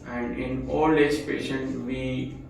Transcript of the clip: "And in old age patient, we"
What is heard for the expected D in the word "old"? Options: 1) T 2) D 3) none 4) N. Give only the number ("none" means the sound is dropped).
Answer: 3